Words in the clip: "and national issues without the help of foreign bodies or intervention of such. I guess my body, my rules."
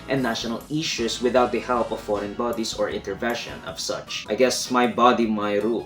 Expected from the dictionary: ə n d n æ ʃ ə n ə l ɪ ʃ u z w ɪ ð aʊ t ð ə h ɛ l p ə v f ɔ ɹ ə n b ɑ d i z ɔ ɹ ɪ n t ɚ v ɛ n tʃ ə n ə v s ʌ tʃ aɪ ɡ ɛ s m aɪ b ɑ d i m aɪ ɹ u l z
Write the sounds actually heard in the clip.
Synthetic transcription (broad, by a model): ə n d n æ ʃ ə n ə l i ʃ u s w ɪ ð aʊ t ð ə h ɛ l p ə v f ɔ ɹ ə n b ɑ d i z ɔ ɹ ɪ n t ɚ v ɛ n ʃ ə n ə v s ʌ tʃ aɪ ɡ ɛ s m aɪ b ɑ d i m aɪ ɹ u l